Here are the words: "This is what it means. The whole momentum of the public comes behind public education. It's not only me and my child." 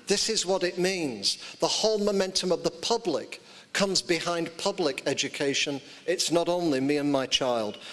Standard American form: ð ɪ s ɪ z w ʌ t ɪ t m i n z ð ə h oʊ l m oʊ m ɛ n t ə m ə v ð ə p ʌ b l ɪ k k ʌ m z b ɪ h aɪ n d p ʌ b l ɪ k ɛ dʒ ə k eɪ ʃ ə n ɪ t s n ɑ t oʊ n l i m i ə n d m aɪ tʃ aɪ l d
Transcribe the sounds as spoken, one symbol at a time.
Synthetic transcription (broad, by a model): ð ɪ s ɪ z w ʌ t ɪ t m i n z ð ə h oʊ l m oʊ m ɛ n t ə m ə v ð ə p ʌ b l ɪ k k ʌ m z b ɪ h aɪ n p ʌ b l ɪ k ɛ dʒ ə k eɪ ʃ ə n ɪ t s n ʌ t oʊ n l i m i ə n m aɪ tʃ aɪ l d